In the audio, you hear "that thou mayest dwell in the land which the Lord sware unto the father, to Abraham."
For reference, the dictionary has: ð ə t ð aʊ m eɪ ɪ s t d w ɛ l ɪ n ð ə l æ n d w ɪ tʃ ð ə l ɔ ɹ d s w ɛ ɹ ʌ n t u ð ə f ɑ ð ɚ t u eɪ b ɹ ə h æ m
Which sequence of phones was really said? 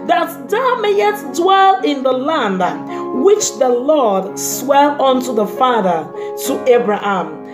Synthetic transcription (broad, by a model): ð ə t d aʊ m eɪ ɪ t d w ɛ l ɪ n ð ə l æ n d w ɪ tʃ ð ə l ɔ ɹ d s w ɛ l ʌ n t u ð ə f ɑ ð ɚ t u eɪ b ɹ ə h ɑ m